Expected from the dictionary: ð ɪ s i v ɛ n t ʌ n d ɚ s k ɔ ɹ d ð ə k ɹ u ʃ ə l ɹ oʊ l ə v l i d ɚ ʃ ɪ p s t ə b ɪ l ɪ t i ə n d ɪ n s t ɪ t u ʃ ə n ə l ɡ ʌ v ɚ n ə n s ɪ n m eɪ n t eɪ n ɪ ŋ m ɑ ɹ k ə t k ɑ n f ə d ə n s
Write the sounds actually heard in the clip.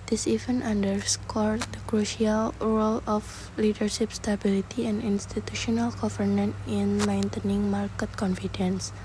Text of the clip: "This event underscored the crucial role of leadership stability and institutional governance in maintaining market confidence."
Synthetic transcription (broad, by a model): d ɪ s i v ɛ n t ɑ n d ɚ s k ɔ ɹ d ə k ɹ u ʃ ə l ɹ oʊ l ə f l i d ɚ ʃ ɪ p s t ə b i l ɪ t i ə n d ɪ n s t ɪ t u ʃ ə n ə l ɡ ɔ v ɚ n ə n ɪ n m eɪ n t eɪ n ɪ ŋ m ɑ ɹ k ə t k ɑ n f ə d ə n s